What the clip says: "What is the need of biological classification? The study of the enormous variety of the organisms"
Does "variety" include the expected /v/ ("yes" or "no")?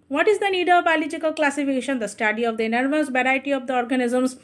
no